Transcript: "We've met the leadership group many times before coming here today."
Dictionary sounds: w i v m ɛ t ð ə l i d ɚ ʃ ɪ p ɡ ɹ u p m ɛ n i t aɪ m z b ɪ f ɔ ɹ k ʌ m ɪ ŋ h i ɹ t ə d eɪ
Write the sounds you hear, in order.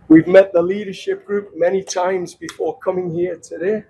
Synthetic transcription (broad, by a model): w i v m ɛ t ð ə l i d ɚ ʃ ɪ p ɡ ɹ u p m ɛ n i t aɪ m z b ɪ f ɔ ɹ k ʌ m ɪ ŋ h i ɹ t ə d eɪ